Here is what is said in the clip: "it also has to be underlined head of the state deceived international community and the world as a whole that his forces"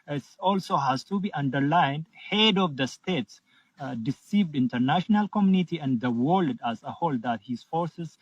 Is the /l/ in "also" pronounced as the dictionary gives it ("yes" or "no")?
yes